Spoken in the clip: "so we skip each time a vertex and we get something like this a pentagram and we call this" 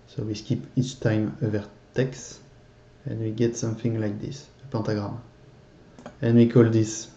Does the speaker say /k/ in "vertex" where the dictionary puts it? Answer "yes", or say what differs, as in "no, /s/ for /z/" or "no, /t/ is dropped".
yes